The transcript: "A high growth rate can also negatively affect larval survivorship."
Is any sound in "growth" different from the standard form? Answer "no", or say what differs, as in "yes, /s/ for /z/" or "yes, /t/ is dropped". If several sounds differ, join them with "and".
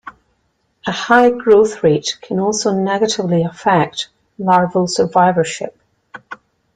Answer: no